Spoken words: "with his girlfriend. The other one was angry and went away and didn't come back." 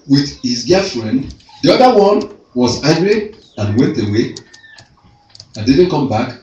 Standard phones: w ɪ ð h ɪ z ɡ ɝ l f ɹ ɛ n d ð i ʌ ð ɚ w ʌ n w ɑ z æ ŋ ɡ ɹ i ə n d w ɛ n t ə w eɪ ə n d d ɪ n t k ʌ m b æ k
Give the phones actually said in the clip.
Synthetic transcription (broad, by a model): w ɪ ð h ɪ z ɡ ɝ f ɹ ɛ n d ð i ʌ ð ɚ w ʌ n w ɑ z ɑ ɡ ɹ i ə n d w ɛ n t ə w eɪ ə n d d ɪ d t k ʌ m b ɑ k